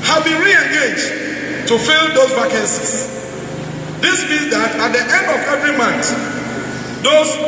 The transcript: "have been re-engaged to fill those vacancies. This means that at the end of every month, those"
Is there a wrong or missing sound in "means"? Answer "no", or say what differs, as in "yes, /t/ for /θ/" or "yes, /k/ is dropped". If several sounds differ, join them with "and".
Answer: yes, /n/ is dropped